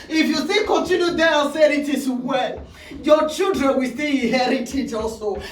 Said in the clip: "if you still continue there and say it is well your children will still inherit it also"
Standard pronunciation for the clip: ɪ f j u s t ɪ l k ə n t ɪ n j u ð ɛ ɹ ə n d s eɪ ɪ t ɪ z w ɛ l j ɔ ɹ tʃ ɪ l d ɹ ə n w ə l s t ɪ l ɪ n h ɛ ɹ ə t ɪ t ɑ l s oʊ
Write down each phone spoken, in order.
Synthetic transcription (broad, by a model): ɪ f j u s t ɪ k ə n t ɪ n j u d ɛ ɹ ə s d ɪ t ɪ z w ɛ l j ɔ tʃ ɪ l d ɹ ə n w ə l s t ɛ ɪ h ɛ ɹ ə t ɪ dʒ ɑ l s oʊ